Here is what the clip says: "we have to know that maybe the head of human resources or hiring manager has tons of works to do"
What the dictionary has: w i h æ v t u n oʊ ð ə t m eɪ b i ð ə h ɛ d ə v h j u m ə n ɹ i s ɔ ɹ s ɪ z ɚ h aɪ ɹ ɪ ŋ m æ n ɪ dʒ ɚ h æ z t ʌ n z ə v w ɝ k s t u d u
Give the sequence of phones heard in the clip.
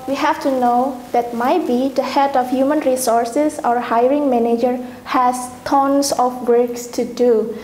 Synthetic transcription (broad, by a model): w i h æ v t u n oʊ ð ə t m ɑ b i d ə h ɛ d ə f h j u m ə n ɹ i s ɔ ɹ s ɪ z ɚ h aɪ ɹ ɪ ŋ m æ n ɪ dʒ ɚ h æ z t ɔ n s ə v w ɝ k s t u d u